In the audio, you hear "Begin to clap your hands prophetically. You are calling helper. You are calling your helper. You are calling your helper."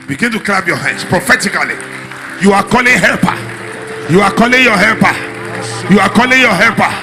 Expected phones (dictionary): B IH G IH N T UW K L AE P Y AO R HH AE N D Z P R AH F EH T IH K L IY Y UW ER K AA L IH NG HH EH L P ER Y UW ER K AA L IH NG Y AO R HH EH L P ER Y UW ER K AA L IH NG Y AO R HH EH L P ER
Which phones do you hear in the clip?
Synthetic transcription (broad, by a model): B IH G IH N T UW K L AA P Y AO HH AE N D S P R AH F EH T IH K L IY Y UW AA K AA L IH NG HH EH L P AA Y UW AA K AA L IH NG Y AO HH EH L P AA Y UW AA K AA L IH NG Y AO HH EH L P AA